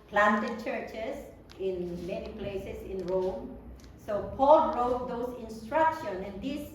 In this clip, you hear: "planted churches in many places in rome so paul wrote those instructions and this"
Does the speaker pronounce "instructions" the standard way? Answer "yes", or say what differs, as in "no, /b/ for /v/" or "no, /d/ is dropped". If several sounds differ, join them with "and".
no, /z/ is dropped